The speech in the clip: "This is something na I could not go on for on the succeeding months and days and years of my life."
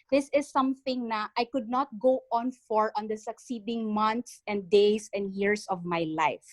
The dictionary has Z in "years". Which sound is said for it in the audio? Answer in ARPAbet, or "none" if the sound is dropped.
S